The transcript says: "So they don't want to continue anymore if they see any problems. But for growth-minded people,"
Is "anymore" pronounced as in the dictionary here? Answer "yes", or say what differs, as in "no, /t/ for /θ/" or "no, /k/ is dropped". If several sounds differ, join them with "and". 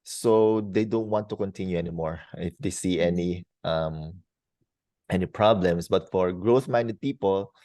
yes